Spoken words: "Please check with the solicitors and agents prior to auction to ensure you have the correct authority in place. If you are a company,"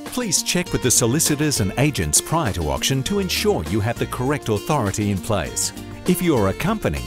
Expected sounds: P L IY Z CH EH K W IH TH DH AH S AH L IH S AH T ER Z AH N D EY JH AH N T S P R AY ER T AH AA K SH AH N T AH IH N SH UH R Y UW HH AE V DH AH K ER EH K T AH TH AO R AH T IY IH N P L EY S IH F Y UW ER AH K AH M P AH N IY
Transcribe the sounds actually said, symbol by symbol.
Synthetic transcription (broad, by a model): P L IY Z CH EH K W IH DH AH S AH L IH S AH T ER Z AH N EY JH AH N T S P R AY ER T AH AA K SH AH N T AH IH N SH UH R Y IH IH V DH AH K ER EH K T AH TH AO R AH T IY IH N P L EY S IH F Y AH ER AH K AH M P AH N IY